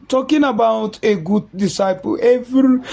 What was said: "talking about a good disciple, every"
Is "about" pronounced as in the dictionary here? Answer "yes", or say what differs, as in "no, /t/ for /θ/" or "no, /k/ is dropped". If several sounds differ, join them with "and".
yes